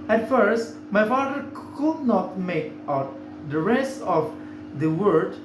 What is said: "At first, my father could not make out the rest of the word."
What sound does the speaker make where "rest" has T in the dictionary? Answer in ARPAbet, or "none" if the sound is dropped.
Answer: none